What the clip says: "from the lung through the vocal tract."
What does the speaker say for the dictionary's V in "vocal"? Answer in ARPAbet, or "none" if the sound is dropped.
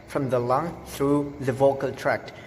V